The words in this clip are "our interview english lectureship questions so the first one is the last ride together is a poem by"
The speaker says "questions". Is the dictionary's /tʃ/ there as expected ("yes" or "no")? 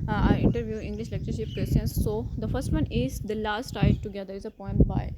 no